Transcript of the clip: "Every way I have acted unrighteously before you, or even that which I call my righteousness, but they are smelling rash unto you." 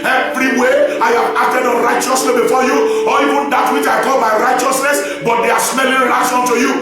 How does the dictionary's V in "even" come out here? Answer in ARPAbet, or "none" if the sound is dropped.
V